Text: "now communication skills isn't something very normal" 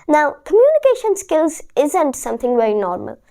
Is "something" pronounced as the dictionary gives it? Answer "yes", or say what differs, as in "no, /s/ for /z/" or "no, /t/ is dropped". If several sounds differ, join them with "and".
yes